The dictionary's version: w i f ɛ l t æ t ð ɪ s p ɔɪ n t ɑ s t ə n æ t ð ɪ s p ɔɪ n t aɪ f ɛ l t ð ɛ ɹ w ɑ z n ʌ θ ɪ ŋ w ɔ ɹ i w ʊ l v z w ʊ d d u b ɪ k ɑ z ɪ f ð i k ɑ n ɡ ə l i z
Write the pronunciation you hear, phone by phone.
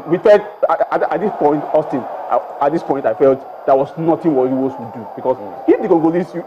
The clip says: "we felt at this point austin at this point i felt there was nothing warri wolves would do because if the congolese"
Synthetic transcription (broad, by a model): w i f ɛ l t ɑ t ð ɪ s p ɔɪ n t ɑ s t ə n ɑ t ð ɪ s p ɔɪ n t aɪ f ɛ l t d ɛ w ɑ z n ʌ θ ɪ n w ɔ i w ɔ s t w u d d u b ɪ k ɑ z ɪ f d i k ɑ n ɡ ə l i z